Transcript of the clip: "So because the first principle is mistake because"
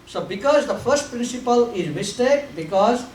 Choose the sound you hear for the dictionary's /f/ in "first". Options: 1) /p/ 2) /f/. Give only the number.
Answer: 2